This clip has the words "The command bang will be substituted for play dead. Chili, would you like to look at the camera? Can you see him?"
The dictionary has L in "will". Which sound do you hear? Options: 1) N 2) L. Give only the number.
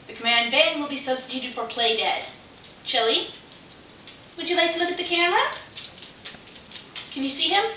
2